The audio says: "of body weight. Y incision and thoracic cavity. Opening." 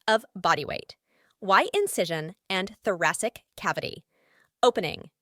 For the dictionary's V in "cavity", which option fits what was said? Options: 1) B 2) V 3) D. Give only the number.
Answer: 2